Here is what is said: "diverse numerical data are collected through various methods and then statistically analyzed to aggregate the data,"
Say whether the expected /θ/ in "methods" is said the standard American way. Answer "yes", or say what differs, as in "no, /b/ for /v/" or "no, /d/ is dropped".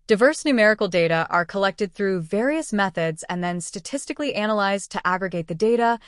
yes